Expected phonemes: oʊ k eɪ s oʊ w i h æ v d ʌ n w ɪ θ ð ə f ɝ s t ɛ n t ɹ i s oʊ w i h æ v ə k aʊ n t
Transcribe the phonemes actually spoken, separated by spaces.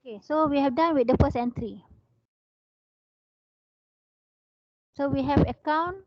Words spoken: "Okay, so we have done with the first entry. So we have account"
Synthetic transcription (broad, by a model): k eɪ s oʊ w i h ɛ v d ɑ n w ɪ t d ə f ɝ s ɛ n t ɹ i s oʊ w i h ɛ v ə k aʊ n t